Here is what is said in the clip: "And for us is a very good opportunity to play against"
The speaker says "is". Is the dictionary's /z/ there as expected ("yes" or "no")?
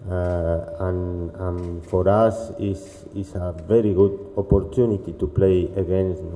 no